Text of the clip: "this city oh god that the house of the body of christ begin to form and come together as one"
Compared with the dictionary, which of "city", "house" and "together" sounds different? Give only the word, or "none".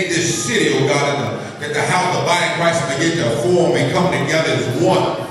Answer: house